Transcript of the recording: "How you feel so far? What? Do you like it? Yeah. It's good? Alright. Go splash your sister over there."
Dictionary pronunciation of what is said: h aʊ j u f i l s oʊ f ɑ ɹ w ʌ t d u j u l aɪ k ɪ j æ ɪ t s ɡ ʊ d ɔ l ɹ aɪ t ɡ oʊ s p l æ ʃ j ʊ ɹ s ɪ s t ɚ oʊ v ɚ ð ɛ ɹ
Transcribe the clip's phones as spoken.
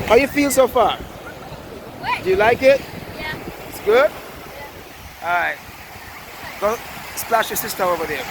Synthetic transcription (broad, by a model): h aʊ j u f i l s oʊ f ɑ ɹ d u j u l aɪ k ɪ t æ ɪ t s ɡ ʊ d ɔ ɹ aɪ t ɡ oʊ s p l æ ʃ j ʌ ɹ s ɪ s t ɚ oʊ v ɚ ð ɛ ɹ